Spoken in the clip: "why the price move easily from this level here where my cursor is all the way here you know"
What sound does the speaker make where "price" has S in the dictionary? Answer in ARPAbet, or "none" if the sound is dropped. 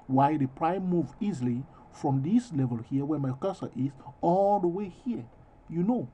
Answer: none